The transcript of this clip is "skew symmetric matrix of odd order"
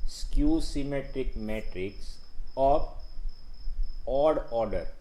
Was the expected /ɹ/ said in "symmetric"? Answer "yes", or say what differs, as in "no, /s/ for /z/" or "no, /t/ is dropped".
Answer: yes